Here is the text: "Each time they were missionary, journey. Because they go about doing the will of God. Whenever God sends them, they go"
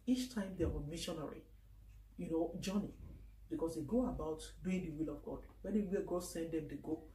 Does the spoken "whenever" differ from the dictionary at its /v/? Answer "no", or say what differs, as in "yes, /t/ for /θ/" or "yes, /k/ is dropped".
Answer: yes, /w/ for /v/